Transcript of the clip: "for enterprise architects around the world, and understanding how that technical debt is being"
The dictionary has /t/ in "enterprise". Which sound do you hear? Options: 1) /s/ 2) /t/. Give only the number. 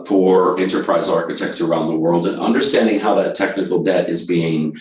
2